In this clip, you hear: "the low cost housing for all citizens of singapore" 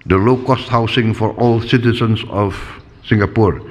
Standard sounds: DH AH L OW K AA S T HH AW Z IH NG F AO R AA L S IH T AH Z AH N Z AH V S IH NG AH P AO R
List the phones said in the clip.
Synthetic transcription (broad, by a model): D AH L OW K AA S T HH AW S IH NG F AO R AA L S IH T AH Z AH N S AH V S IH NG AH P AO R